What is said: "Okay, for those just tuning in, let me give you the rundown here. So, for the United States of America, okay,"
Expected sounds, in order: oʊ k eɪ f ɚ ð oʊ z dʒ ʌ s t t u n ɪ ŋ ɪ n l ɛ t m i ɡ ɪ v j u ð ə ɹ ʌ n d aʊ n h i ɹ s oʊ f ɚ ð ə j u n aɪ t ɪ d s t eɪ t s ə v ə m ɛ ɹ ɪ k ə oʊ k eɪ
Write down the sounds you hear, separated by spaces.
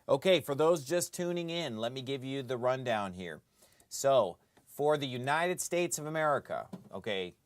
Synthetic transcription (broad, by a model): oʊ k eɪ f ɚ ð oʊ z dʒ ʌ s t t u n ɪ ŋ ɪ n l ɛ t m i ɡ ɪ v j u ð ə ɹ ʌ n d aʊ n h i ɹ s oʊ f ɚ ð ə j u n aɪ t ɪ d s t eɪ t s ə v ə m ɛ ɹ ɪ k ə oʊ k eɪ